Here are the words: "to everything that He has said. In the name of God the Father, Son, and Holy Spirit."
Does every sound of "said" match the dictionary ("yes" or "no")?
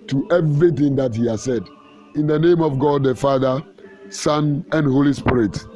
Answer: yes